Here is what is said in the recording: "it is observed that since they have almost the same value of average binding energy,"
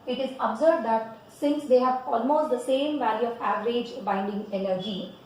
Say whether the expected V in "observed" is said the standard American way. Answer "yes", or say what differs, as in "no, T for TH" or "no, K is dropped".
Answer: no, B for V